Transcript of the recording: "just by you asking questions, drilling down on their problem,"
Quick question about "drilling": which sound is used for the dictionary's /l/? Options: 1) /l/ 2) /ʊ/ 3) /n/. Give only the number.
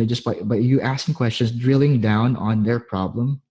1